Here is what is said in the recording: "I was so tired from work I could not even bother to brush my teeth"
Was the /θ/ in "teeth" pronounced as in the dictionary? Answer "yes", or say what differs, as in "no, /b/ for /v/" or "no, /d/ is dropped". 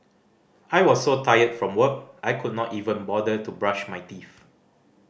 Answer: no, /f/ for /θ/